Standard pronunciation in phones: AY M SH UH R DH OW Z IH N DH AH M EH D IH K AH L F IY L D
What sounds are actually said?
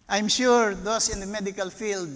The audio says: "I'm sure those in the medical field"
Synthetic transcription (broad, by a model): AY M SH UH R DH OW S IH N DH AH M EH D IH K AH L F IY L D